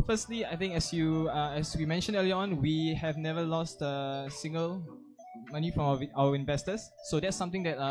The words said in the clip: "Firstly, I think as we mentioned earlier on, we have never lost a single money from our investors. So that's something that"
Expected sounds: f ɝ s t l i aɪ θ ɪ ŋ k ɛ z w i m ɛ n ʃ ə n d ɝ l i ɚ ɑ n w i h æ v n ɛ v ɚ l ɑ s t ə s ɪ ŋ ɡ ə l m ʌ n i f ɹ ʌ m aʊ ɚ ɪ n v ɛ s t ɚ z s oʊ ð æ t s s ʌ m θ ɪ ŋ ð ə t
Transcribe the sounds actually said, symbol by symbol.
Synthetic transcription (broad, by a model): f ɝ s t l i aɪ t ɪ ŋ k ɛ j w i m ɛ n ʃ ə n d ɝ l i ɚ ɑ n w i h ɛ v n ɛ v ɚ l ɑ s t ə s ɪ ŋ ɡ ə l m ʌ n i f ɹ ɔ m aʊ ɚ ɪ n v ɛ s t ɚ s oʊ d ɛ t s s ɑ m t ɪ ŋ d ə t